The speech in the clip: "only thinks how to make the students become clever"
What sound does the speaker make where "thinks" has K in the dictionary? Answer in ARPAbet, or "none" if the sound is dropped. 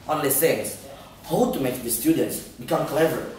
none